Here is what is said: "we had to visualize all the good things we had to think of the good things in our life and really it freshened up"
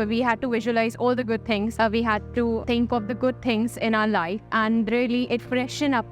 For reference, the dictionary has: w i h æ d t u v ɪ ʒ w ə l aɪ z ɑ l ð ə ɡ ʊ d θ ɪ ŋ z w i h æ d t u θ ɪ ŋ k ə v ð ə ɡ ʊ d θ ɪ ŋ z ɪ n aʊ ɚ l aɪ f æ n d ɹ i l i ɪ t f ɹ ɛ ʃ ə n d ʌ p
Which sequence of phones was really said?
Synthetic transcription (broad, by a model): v i h æ d t u v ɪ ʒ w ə l aɪ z ɑ l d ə ɡ ʊ d t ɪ ŋ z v i h æ d t u t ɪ ŋ k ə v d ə ɡ ʊ d t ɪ ŋ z ɪ n aʊ ɚ l aɪ f æ n d ɹ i l i ɪ t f ɹ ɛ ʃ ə n ʌ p